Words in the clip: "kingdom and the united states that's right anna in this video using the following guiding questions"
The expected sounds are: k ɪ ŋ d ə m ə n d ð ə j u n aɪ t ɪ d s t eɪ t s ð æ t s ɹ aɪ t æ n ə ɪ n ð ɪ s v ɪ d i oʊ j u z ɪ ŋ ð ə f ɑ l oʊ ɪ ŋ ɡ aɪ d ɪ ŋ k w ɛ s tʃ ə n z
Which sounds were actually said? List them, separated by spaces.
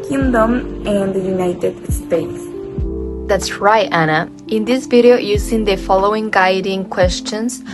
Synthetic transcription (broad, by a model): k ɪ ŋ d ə m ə n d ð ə j u n aɪ t ɪ d s t eɪ t s ð æ t s ɹ aɪ t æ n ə ɪ n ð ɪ s v ɪ d i oʊ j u s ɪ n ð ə f ɑ l oʊ ɪ ŋ ɡ aɪ d ɪ ŋ k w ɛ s tʃ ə n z